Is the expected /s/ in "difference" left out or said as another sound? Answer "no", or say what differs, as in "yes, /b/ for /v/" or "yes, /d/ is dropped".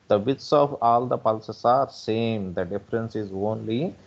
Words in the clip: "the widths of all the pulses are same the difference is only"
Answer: no